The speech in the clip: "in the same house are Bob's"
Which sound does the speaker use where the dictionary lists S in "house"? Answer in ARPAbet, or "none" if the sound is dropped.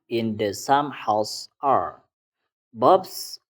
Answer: S